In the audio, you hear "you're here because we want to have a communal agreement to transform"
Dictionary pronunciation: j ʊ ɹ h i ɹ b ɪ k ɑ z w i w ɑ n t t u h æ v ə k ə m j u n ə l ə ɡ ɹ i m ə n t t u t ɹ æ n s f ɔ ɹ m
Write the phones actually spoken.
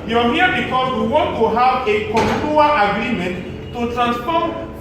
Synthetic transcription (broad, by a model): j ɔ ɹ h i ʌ b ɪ k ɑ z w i w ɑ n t t u h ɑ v ə k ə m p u ə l ə ɡ ɹ i m ə n t t u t ɹ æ n s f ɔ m